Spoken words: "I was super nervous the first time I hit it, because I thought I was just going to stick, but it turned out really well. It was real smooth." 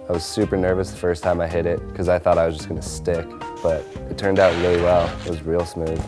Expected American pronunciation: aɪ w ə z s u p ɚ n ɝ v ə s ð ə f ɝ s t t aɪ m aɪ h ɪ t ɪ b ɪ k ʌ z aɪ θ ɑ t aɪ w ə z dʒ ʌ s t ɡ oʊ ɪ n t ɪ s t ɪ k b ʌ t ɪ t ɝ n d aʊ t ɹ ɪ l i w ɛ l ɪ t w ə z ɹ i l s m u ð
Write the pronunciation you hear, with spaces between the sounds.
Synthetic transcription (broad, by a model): aɪ w ə z s u p ɚ n ɝ v ə s ð ə f ɝ s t t aɪ m aɪ h ɪ t ɪ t k ʌ z aɪ θ ɑ t aɪ w ə z dʒ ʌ s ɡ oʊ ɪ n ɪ s t ɪ k b ʌ t ɪ t ɝ n d aʊ t ɹ ɪ l i w ɛ l ɪ t w ə z ɹ i l s m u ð